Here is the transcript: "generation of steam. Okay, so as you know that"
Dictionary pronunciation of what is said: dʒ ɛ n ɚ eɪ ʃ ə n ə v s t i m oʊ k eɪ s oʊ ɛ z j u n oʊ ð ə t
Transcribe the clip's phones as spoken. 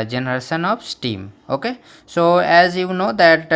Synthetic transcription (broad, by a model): dʒ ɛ n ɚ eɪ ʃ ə n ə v s t i m oʊ k eɪ s oʊ ɛ z j u n oʊ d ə t